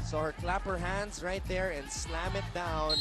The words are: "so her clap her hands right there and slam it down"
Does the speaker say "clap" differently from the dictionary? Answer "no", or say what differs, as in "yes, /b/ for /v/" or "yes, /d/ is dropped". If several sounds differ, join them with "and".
no